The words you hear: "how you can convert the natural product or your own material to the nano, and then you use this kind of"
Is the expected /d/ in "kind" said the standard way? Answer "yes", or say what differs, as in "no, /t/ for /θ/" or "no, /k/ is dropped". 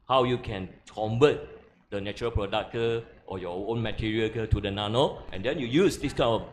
no, /d/ is dropped